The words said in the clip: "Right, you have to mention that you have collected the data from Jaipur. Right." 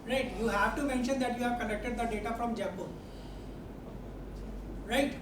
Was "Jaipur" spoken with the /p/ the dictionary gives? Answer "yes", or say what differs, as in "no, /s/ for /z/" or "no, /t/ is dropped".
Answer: no, /b/ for /p/